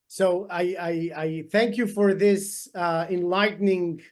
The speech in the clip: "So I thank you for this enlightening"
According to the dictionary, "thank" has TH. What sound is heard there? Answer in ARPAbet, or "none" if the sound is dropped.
TH